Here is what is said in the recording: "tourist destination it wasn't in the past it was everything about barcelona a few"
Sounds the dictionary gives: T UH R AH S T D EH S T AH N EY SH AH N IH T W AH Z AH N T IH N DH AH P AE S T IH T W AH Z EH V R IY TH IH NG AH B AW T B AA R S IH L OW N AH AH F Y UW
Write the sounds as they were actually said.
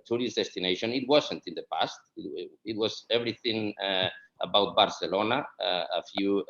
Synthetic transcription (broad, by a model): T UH R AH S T D EH S T AH N EY SH AH N IH T W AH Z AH N T IH N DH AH P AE S T IH T W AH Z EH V R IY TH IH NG AH B AW T B AA R S IH L OW N AH AH F Y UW